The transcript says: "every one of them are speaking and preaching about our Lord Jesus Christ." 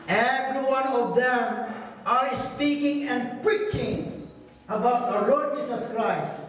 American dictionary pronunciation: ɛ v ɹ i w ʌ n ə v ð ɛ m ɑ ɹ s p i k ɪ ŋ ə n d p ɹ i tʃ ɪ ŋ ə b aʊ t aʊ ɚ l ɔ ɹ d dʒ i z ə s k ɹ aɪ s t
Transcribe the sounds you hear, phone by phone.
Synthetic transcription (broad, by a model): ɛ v ɹ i w ʌ n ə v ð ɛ m ɑ ɹ s p i k ɪ ŋ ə n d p ɹ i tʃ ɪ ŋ ə b aʊ t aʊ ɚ l ɔ ɹ d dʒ i s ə s k ɹ aɪ s t